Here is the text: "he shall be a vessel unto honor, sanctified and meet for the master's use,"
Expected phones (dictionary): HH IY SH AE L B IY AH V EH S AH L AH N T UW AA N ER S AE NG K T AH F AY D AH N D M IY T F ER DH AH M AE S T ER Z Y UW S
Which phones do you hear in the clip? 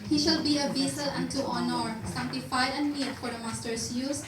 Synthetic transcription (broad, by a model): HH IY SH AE L B IY AH B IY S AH L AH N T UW AA N ER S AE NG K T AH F AY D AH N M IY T F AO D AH M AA S T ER S Y UW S